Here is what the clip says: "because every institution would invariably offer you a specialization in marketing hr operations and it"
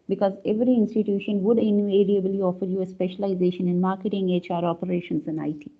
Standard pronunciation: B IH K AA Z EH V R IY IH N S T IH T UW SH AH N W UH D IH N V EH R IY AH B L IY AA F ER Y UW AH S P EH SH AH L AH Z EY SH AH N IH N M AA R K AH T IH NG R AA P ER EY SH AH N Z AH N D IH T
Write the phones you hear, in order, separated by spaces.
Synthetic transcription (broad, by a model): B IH K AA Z EH V R IY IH N S T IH T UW SH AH N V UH D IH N EH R IY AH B L IY AA F ER Y UW AH S P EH SH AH L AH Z EY SH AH N IH N M AA R K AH T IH NG R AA P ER EY SH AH N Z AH N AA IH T